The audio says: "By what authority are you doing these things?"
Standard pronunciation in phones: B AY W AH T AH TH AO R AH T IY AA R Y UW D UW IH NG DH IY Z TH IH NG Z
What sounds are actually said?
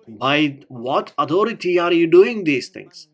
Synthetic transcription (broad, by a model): B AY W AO T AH T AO R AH T IY AA R Y UW D UW IH NG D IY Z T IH NG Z